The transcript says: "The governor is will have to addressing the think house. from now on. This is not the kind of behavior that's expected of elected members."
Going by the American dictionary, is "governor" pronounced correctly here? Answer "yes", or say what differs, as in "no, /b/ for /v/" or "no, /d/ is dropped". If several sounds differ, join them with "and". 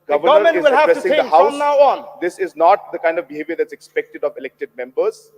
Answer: no, /v/ is dropped